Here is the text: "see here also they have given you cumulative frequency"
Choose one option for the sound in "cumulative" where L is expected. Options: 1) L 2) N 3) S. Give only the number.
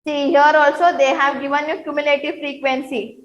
1